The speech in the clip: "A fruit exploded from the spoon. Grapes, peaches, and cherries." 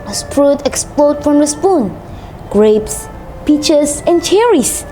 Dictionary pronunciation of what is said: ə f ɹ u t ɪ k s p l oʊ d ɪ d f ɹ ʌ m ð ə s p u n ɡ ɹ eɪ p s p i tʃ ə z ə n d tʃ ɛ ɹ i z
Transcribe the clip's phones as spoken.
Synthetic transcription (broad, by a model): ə p ɹ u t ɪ k s p l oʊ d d f ɹ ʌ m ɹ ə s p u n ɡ ɹ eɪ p s p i tʃ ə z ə n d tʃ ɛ ɹ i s